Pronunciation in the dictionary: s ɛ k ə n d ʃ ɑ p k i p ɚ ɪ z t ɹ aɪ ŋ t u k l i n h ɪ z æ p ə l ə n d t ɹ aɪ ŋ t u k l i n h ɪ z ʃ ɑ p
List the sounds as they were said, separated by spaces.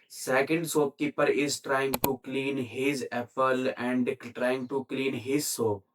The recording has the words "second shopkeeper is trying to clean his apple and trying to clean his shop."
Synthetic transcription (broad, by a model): s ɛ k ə n d s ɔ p k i p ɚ ɪ z t ɹ aɪ ŋ t u k l i n h ɪ z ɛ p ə l ə n d t ɹ aɪ ŋ t u k l i n h ɪ z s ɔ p